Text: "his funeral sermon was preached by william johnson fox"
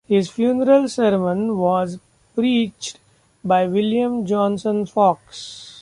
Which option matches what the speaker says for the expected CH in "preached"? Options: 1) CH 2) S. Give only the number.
1